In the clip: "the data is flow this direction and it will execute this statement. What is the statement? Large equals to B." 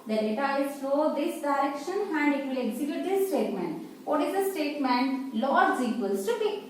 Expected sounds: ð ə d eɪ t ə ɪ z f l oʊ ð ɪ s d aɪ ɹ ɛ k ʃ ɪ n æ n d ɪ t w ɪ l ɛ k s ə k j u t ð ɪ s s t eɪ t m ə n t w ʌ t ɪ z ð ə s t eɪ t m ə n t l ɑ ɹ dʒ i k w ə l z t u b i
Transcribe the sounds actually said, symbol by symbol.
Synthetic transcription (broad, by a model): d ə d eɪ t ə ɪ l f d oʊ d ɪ s d aɪ ɹ ɛ k ʃ ɪ n æ n d ɪ t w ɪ l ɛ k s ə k j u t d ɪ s s t eɪ t m ə n t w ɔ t ɪ z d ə s t eɪ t m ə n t l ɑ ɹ z i k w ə l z t u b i